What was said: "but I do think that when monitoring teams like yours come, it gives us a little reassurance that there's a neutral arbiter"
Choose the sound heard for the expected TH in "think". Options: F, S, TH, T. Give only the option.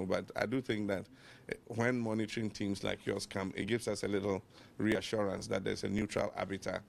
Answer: TH